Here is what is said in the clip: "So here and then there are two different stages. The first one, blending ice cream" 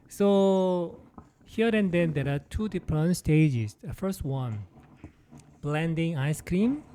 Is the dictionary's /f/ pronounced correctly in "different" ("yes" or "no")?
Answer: no